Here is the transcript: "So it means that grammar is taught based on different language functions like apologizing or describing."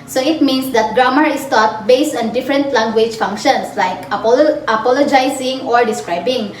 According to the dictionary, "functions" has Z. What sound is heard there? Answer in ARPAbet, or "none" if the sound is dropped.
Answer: S